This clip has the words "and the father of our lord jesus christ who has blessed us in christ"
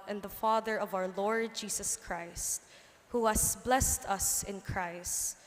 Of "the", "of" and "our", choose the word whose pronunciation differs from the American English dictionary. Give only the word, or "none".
none